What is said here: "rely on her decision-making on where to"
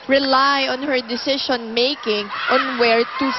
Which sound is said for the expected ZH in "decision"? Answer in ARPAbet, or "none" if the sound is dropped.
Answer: SH